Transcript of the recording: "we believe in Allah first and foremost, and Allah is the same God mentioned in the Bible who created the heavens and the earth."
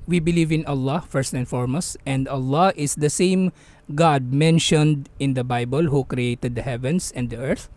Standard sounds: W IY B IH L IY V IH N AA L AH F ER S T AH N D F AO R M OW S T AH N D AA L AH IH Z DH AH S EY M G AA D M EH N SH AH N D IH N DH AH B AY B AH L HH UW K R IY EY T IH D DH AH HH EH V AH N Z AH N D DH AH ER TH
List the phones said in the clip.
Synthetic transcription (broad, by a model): W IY B IH L IY V IH N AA L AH F ER S T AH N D F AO R M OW S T AH N D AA L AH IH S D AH S EY M G AA D M EH N SH AH N D IH N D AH B AY B AH L HH UW K R IY EY T IH D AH HH EH V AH N S AH N D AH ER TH